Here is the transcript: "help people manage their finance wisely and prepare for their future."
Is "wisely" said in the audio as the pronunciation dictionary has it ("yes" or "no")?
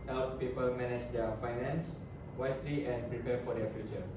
no